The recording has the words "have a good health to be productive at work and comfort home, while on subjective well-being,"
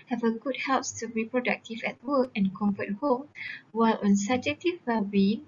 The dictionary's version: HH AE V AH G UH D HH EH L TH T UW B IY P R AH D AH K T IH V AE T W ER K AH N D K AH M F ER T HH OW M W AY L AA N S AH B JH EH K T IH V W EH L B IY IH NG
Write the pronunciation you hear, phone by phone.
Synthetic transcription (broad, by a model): HH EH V AH G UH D HH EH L S T UW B IY P R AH D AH K T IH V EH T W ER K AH N K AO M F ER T HH OW M W AY L AA N S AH B JH EH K T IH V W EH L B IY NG